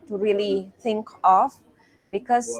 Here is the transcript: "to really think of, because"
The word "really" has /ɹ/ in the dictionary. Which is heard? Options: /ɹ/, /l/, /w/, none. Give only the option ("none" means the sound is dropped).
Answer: /ɹ/